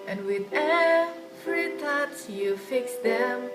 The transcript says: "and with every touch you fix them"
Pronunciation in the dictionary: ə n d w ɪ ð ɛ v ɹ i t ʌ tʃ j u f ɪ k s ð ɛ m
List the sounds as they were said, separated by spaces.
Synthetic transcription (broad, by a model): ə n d w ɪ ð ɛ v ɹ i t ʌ s j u f ɪ k s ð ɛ m